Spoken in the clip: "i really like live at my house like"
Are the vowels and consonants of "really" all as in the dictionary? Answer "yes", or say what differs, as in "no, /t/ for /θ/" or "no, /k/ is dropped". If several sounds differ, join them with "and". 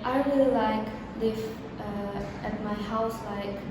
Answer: no, /w/ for /l/